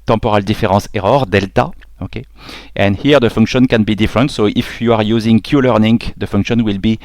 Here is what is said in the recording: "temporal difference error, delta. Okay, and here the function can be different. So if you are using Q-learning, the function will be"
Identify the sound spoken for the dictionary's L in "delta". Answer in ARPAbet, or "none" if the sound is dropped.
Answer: L